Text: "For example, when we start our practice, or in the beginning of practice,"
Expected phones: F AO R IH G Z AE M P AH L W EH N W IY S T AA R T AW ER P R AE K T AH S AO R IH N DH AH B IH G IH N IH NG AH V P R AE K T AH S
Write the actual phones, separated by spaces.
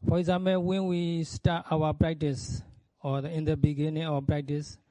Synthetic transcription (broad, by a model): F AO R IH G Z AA M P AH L W EH N W IY S T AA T AW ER P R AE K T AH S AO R IH N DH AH B IH G IH N IH NG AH W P R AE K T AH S